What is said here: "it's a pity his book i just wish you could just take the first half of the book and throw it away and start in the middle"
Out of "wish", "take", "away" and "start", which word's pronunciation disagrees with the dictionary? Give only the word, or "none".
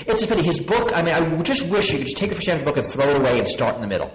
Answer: none